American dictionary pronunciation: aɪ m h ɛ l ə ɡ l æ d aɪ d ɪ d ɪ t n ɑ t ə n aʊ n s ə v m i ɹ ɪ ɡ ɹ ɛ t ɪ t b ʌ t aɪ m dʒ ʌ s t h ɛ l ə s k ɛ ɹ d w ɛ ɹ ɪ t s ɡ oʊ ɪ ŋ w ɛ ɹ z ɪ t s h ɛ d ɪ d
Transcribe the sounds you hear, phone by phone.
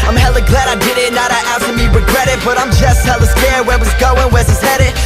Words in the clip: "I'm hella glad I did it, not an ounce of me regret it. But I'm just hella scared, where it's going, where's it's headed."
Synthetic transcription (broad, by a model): aɪ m h ɛ l ə ɡ l æ d aɪ d ɪ d ɪ t n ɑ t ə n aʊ s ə m i ɹ ɪ ɡ ɹ ɛ t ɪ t b ʌ t aɪ m dʒ ʌ s t h ɛ l ə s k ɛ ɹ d w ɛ w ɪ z ɡ oʊ ɪ ŋ w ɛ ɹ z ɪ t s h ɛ d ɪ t